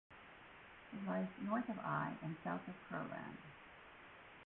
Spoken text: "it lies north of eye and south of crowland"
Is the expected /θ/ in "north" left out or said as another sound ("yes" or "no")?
no